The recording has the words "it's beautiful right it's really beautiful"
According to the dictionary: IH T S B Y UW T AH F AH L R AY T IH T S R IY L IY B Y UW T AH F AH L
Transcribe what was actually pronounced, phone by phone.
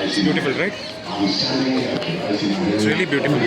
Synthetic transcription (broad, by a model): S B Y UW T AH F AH L R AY IH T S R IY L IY B Y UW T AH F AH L